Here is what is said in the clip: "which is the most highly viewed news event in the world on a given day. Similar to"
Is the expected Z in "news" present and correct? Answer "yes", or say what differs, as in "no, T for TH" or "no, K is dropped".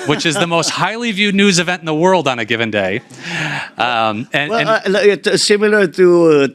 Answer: yes